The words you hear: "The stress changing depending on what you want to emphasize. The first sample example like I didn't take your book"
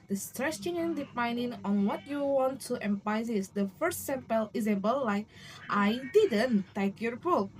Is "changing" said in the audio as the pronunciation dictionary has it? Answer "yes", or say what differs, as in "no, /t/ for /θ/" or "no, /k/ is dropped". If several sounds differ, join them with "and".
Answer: no, /dʒ/ is dropped